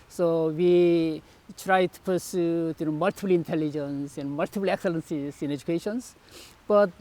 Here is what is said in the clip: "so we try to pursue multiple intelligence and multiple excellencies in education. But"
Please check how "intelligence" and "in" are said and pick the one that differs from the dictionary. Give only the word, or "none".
none